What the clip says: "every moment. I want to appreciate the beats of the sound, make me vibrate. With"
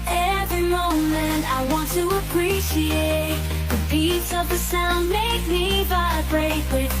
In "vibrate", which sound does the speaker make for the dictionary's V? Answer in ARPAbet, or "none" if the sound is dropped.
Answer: B